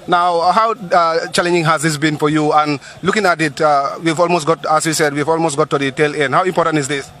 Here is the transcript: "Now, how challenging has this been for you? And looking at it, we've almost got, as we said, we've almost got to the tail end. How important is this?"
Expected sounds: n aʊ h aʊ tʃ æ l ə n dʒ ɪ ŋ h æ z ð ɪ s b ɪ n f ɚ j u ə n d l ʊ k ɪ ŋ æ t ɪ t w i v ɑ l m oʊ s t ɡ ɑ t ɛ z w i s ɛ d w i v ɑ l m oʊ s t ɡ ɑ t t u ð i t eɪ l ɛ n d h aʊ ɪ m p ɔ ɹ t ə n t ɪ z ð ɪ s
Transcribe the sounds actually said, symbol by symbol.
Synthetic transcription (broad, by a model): n aʊ h aʊ tʃ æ l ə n dʒ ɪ ŋ h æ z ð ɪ s b ɪ n f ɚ j u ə n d l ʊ k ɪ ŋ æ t ɪ t w i v ɑ l m oʊ s t ɡ ɑ t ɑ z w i s ɛ d w i v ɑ l m oʊ s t ɡ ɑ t t u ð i t eɪ l ɛ n d h aʊ ɪ m p ɔ ɹ t ə n t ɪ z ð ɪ s